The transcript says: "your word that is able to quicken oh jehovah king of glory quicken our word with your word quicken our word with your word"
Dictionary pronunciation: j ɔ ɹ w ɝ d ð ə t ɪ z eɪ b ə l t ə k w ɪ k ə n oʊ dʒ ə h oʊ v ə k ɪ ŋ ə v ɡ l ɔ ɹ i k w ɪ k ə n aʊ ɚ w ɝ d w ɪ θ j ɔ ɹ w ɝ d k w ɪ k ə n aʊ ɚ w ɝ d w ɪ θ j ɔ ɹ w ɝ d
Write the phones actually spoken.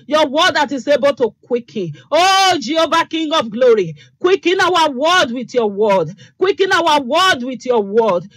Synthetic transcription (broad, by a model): j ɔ w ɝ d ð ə t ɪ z eɪ b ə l t ə k w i k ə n oʊ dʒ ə oʊ b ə k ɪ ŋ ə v ɡ l ɔ ɹ i k w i k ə n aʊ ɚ w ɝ d w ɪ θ j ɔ w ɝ d k w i k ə n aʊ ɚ w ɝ d w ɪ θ j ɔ w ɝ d